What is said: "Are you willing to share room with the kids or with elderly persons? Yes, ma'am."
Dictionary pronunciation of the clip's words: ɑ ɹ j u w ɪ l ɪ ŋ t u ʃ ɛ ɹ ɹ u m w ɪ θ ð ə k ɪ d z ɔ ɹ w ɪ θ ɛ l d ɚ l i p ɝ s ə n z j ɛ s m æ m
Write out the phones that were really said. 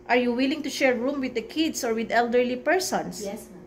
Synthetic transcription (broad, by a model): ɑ ɹ j u w ɪ l ɪ ŋ t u ʃ ɛ ɹ ɹ u m w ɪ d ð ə k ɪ d s ɔ ɹ w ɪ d ɛ l d ɚ l i p ɝ s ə n s